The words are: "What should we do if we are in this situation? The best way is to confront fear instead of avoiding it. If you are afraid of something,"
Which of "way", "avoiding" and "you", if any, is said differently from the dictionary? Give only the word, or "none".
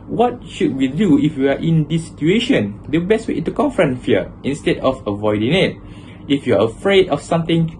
none